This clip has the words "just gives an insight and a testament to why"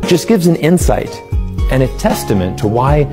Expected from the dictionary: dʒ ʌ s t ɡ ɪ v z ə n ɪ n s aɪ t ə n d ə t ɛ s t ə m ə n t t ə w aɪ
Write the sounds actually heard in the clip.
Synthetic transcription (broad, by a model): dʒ ʌ s ɡ ɪ v z ə n ɪ n s aɪ t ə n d ə t ɛ s t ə m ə n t t ə w aɪ